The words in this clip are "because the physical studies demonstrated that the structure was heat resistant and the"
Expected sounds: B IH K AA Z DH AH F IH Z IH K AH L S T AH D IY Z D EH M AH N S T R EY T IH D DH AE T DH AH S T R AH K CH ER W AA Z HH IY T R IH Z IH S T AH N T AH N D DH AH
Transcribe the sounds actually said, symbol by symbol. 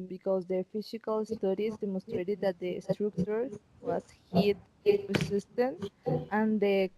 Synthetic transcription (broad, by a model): B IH K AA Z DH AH F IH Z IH K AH L S T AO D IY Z D EH M AH N S T R EY T IH D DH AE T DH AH S T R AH K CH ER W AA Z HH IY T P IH S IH S T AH N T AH N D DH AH